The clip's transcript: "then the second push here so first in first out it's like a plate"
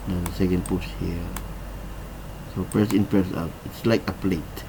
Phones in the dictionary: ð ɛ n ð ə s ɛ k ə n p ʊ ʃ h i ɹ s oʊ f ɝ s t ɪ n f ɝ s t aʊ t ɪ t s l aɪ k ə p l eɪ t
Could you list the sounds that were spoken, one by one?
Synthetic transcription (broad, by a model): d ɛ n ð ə s ɛ k ə n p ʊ s h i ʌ s oʊ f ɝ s ɪ n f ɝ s aʊ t ɪ t s l aɪ k ə p l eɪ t